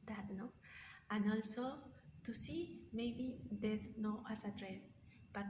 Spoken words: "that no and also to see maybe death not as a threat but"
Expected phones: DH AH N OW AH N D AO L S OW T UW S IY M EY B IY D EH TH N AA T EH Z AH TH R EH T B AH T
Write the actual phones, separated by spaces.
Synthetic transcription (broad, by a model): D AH N OW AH N AO L S OW T UW S IY M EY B IY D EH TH N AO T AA S AH T R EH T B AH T